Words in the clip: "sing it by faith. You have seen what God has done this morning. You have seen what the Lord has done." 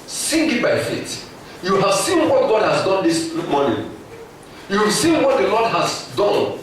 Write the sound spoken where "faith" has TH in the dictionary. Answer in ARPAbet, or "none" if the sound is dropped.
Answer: T